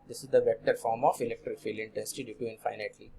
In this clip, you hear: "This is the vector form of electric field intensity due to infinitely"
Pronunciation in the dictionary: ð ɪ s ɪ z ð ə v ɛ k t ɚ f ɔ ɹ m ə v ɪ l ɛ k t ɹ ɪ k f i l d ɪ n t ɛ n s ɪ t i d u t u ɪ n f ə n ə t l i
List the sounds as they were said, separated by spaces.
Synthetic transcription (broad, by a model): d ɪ s ɪ z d ə v ɛ k t ɚ f ɔ ɹ m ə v ɪ l ɛ k t ɹ ɪ k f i l ɪ n t ɛ n s ɪ t i d u t u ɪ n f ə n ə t l i